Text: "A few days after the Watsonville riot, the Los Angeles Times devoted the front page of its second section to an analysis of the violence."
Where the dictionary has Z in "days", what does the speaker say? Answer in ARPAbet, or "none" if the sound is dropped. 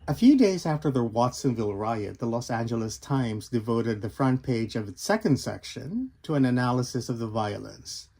Z